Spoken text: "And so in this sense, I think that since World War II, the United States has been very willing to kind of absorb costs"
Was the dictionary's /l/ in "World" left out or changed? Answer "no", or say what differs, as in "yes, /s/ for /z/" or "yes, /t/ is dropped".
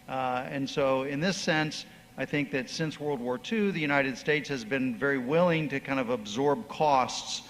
no